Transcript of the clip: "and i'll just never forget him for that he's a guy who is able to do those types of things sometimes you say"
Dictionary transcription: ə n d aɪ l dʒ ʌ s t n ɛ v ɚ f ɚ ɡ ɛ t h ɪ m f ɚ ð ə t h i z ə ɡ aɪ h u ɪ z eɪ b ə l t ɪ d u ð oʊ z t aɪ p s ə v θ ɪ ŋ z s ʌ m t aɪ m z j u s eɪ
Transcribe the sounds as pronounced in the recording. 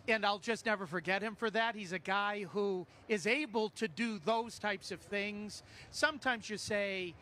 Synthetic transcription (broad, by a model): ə n aɪ l dʒ ʌ s t n ɛ v ɚ f ɚ ɡ ɛ t h ɪ m f ɚ ð ə t h i z ə ɡ aɪ h u ɪ z eɪ b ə l t ɪ d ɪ ð oʊ z t aɪ p s ə v θ ɪ ŋ z s ʌ m t aɪ m z j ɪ s eɪ